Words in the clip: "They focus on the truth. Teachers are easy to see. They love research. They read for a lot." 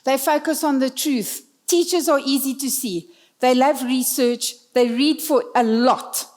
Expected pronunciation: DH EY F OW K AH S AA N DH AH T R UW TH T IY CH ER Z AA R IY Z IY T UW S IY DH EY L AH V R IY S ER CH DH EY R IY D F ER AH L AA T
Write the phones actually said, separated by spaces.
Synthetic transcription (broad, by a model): DH EY F OW K AH S AA N DH AH T R UW TH T IY CH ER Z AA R IY Z IY T UW S IY DH EY L AH V R IY S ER CH DH EY R IY D F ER AH L AA T